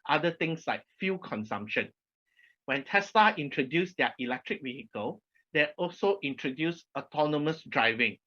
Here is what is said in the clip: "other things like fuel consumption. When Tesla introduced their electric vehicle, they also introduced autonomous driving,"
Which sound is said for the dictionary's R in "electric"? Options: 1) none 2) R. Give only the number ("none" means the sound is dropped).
2